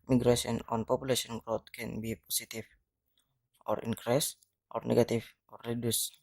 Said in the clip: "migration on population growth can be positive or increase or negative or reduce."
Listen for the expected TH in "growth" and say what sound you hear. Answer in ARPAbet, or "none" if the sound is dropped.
T